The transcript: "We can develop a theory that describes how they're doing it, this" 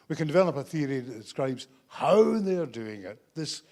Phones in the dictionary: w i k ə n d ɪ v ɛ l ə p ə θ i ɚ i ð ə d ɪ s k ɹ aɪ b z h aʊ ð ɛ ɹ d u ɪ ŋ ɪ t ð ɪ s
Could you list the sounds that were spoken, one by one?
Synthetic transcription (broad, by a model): w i k ə n d ɪ v ɛ l ə p ə θ i ɚ i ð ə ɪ s k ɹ aɪ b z h aʊ ð ɛ ɹ d u ɪ ŋ ɪ t ð ɪ s